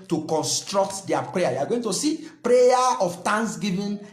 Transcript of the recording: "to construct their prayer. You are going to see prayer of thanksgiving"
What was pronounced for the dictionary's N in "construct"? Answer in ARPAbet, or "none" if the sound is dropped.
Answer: N